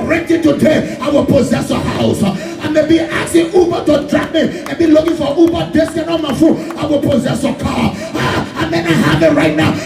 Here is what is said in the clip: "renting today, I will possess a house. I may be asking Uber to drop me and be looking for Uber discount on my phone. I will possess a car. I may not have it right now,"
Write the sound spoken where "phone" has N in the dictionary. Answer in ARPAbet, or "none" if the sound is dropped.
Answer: none